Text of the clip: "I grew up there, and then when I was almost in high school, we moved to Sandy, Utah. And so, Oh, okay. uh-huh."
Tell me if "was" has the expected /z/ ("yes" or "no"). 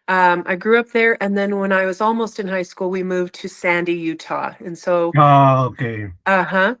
yes